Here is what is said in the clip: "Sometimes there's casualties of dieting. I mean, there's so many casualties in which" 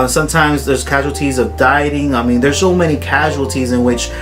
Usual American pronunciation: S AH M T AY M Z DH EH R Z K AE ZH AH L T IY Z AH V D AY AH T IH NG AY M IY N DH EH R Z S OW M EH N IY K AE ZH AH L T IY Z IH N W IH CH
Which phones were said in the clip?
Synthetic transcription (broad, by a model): S AH M T AY M Z DH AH R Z K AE ZH L T IY Z AH V D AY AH T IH NG AY M IY N DH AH R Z S OW M EH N IY K AE ZH AH L T IY Z IH N W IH CH